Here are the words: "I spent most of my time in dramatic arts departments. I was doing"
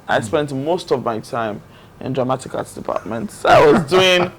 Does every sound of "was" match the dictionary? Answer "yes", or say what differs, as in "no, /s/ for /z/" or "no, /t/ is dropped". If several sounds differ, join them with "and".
yes